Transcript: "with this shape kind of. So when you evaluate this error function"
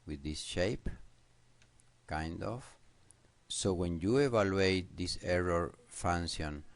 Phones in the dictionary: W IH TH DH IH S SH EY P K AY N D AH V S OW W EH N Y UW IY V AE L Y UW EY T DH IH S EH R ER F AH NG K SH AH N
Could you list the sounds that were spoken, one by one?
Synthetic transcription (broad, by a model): W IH DH IH S SH EY P K AY N D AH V S OW W EH N Y UW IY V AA L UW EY T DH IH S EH R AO F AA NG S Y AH N